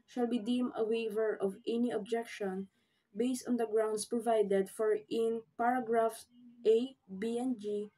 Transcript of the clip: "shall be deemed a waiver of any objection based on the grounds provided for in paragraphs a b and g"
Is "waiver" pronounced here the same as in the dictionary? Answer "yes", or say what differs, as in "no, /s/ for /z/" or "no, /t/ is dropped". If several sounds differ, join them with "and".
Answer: yes